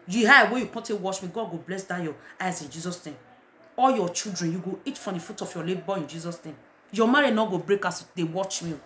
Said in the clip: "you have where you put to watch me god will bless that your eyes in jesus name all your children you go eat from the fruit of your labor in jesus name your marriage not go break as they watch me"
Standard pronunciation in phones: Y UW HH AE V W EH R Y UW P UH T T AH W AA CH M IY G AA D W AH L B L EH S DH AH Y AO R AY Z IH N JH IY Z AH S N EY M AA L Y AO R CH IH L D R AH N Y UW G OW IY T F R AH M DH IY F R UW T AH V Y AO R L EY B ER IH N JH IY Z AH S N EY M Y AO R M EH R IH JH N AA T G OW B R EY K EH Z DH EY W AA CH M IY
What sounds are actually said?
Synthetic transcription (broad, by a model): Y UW HH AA W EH Y UW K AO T T AH W AA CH M IY G AA D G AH B L EH S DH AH Y AO AY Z IH N JH IY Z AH S N EY M AA L Y AO CH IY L D R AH N Y UW G OW IY T F R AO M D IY F UW T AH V Y AO L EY B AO IH N JH IY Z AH S N EY M Y AO M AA R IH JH N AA G OW B R EY K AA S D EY W AA CH M IY